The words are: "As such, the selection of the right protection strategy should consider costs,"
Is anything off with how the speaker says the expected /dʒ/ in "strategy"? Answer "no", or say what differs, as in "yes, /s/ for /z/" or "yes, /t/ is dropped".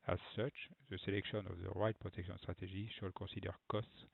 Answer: yes, /ʒ/ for /dʒ/